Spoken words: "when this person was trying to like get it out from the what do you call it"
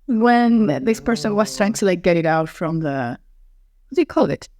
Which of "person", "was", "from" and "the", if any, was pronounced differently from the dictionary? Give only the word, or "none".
was